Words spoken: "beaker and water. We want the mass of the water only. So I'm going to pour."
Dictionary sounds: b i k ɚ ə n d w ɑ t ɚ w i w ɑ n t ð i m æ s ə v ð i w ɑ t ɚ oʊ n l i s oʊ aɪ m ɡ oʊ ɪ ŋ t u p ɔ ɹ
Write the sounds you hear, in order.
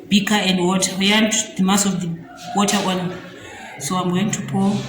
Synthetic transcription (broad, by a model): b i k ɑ ə n d w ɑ t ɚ w i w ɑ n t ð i m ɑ s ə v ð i w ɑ t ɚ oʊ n i s oʊ aɪ m ɡ oʊ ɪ ŋ t u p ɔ